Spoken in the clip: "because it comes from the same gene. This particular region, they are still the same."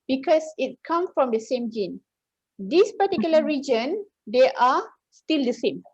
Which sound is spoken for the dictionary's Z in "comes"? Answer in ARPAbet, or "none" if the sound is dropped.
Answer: none